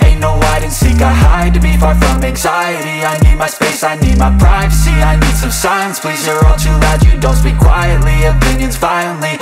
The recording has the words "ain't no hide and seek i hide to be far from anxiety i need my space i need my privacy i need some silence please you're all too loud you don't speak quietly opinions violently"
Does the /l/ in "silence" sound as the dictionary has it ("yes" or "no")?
no